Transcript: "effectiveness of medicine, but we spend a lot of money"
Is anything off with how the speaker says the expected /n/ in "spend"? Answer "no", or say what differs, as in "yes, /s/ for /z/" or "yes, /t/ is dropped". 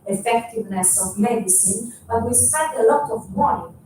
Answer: yes, /n/ is dropped